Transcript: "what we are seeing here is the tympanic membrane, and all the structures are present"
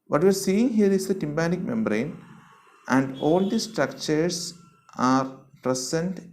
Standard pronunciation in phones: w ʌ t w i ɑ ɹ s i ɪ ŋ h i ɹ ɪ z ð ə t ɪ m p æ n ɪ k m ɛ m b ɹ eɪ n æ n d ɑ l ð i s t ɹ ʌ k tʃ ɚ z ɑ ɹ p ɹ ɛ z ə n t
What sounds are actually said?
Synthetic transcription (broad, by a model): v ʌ t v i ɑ ɹ s i ɪ ŋ h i ɹ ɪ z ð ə t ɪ m b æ n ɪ k m ɛ m b ɹ eɪ n æ n d ɑ l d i s t ɹ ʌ k tʃ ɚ s ɑ ɹ p ɹ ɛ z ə n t